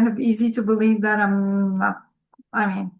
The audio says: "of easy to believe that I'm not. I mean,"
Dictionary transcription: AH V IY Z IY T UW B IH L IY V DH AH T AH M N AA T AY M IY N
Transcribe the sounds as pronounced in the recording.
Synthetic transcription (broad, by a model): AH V IY Z IY T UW B IH L IY V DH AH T AH M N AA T AY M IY N